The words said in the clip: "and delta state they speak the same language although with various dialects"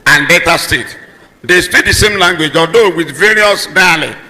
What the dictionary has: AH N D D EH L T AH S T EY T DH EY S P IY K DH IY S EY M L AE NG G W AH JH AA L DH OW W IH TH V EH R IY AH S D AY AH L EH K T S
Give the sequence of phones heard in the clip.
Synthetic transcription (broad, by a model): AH N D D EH T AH S T EY T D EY S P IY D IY S EY M L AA NG G W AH JH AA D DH OW W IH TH V EH R IY AH S D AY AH L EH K